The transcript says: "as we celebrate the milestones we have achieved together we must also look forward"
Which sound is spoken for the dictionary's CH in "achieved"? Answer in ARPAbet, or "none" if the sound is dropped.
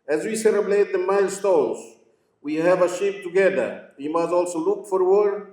SH